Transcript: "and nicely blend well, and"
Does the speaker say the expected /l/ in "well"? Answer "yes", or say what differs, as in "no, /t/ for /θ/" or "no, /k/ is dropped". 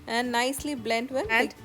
no, /n/ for /l/